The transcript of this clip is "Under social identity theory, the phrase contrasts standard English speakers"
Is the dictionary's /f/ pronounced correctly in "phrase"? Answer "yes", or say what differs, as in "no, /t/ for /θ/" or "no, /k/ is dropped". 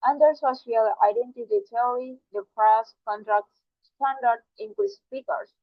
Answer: no, /p/ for /f/